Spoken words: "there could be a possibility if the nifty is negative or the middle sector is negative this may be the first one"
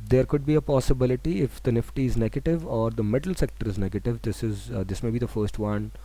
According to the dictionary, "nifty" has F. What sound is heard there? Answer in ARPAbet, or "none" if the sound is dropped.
F